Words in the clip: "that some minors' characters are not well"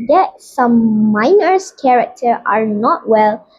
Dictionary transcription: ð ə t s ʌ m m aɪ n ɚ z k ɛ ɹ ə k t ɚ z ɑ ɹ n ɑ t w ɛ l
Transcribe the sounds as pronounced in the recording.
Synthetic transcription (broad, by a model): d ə t s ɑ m m aɪ n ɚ s k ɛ ɹ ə k t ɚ ɑ ɹ n ɑ t w ɛ l